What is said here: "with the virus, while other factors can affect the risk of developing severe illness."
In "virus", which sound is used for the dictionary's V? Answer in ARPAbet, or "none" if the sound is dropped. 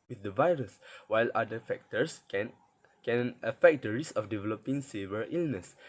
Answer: V